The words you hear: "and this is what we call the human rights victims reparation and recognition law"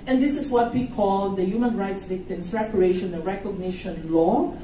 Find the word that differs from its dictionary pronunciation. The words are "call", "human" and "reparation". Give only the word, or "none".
reparation